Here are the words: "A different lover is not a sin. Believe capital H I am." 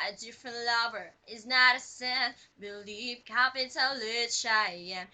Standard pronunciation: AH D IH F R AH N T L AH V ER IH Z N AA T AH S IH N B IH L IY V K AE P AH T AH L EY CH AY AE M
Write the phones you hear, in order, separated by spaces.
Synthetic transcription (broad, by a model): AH D IH F R AH N T L AH V ER IH Z N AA T AH S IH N B IH L IY V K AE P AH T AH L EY SH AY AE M